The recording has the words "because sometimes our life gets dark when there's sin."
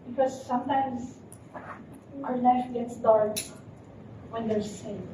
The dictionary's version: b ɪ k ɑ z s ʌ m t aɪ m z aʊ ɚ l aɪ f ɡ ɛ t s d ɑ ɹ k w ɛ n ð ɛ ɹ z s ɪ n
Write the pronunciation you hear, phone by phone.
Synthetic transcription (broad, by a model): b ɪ k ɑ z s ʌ m t aɪ m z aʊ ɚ n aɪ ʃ ɡ ɛ t s d ɑ ɹ k w ɛ n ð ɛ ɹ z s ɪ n